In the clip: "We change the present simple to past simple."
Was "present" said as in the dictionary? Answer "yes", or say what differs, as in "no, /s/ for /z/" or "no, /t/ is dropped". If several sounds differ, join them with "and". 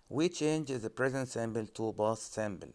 yes